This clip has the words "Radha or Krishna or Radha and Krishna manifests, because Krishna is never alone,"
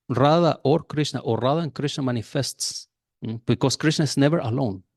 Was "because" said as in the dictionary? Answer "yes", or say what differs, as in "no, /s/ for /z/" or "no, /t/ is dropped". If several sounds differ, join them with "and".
no, /s/ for /z/